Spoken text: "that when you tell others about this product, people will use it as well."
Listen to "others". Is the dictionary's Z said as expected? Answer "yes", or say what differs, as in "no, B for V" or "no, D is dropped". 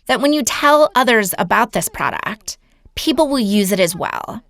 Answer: yes